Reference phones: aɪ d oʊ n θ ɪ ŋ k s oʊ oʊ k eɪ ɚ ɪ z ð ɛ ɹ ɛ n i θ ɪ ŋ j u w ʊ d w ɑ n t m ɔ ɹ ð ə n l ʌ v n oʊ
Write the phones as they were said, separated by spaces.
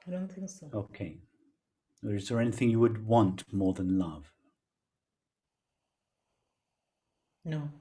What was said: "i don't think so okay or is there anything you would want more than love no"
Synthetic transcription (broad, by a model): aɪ d oʊ n θ ɪ ŋ k s oʊ oʊ k eɪ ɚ ɪ z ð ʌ ɹ ɛ n i θ ɪ ŋ j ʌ w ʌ d w ɑ n t m ɔ ɹ ð ə n l ʌ v n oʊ